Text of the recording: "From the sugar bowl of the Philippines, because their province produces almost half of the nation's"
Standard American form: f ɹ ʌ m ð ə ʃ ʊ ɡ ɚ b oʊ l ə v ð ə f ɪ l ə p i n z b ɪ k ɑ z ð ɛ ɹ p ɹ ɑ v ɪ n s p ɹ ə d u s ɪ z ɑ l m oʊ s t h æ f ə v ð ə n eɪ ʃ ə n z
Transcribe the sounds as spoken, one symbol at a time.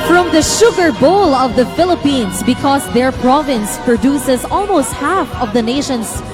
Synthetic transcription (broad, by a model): f ɹ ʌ m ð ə ʃ ʊ ɡ ɚ b oʊ l ə v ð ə f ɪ l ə p i n s b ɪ k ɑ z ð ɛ ɹ p ɹ ɑ v ɪ n s p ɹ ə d u s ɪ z ɑ l m oʊ s t h æ f ə v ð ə n eɪ ʃ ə n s